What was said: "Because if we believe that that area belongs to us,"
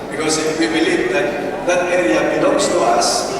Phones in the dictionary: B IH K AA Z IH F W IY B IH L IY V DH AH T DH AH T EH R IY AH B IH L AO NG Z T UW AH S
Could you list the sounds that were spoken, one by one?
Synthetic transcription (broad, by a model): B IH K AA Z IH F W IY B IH L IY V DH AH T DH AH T EH R IY AH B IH N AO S T UW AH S